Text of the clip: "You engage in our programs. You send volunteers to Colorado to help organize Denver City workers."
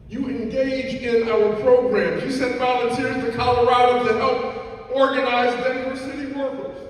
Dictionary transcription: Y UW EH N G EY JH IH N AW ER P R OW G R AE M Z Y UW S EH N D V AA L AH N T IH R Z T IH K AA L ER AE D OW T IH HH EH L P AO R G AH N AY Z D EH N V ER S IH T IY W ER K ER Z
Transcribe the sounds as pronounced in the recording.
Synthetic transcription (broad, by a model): Y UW EH N G EY JH IH N AW ER P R OW G R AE M Y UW S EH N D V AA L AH N T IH R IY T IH K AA L ER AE D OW T IH HH EH L P AO R G AH N AY Z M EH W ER S IH T IY W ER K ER